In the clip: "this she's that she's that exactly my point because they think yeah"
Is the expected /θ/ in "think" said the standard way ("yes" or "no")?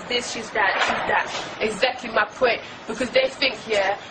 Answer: yes